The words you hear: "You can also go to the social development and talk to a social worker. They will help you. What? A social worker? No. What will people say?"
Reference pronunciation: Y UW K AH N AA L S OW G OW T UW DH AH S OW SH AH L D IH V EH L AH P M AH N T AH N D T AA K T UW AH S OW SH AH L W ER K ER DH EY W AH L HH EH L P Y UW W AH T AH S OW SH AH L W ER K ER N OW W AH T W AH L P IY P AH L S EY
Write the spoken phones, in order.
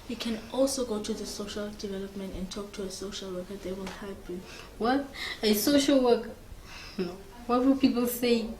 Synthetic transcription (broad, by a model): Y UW K AH N AA L S OW G OW T UW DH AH S OW SH AH L D IH V EH L AH P M AH N T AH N T AA K T UW AH S OW SH AH L W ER K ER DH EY W AH L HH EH P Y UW W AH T AH S OW SH AH L W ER K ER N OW W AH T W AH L P IY P AH L S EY